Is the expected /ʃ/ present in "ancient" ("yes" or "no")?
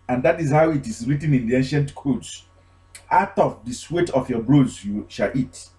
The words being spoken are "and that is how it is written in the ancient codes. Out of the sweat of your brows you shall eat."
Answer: yes